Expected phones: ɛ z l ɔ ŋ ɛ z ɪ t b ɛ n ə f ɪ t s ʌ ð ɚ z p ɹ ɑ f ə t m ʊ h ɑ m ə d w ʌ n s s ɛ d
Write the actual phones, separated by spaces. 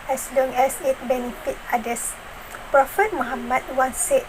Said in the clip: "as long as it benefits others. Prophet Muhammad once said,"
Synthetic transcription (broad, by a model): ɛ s l ɔ ŋ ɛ s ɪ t b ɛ n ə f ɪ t ɑ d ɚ s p ɹ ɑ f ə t m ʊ h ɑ m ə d w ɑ n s s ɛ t